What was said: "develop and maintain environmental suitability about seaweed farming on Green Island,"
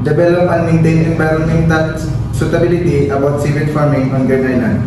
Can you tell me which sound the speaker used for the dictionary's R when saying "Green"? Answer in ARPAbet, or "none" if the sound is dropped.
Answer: none